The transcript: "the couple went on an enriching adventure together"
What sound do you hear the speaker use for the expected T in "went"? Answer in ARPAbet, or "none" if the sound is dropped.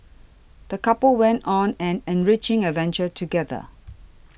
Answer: T